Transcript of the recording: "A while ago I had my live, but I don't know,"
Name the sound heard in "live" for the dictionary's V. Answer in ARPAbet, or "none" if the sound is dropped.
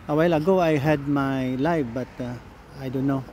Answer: F